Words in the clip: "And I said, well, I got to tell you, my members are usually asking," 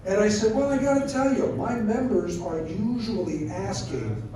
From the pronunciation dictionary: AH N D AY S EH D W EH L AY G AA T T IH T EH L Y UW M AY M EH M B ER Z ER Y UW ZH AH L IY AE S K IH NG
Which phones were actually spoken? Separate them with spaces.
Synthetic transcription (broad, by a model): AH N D AY S EH D W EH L AY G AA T T IH T EH L Y UW M AY M EH M B ER Z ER Y UW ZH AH L IY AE S K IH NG